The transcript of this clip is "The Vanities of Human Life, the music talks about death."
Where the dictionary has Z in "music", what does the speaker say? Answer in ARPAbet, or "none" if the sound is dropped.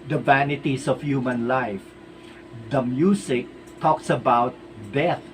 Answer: S